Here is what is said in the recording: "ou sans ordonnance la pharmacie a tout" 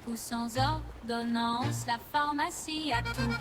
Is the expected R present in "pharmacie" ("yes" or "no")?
yes